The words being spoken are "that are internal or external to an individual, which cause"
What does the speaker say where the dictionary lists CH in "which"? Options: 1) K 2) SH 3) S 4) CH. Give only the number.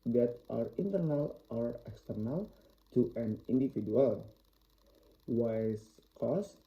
3